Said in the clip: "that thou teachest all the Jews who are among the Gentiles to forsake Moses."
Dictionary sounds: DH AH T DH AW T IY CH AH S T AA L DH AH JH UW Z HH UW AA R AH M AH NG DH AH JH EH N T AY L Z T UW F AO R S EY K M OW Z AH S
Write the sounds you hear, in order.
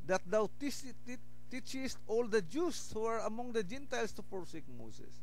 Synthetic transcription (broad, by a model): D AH T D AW T IY CH AH S T AA L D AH JH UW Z HH UW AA R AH M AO NG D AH JH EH N T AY L S T UW P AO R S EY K M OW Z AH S